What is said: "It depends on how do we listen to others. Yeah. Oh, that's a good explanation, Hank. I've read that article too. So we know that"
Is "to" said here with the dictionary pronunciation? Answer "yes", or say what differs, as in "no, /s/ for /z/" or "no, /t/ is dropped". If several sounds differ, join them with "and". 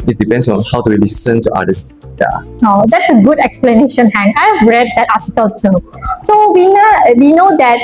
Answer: yes